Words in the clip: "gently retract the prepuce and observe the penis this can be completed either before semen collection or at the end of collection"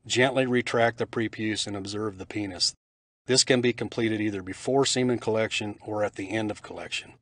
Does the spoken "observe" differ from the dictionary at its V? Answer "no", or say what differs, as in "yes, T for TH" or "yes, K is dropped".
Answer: no